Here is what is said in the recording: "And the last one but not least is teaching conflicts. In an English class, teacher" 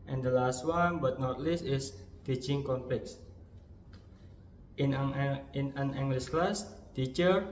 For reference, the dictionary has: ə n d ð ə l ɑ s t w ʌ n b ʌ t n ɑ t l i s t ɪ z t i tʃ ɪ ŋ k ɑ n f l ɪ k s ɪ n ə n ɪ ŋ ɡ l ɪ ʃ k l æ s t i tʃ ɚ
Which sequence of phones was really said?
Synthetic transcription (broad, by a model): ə n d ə l ɑ s t w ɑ n b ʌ t n ɑ t l i s t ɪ s t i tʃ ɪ ŋ k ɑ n p l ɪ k s ɪ n ə n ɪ ŋ ɡ l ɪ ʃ k l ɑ s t i tʃ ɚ